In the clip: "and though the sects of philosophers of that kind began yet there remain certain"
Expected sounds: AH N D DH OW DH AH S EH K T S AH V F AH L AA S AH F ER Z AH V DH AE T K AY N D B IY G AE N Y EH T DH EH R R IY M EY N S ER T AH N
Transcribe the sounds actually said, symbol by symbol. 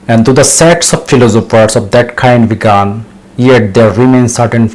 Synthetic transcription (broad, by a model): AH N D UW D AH S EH T S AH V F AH L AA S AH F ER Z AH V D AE T K AY N D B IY G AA N Y EH T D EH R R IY M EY N S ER T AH N